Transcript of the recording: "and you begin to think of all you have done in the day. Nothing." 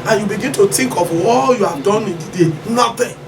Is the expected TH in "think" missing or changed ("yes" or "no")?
yes